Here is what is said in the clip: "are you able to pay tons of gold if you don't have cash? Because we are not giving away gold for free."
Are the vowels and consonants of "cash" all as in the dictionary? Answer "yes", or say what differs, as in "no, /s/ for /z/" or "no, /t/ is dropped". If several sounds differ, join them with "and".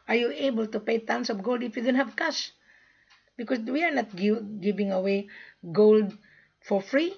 no, /s/ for /ʃ/